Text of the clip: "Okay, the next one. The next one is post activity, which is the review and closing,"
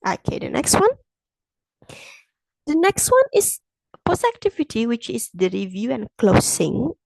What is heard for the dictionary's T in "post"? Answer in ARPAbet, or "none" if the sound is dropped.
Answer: none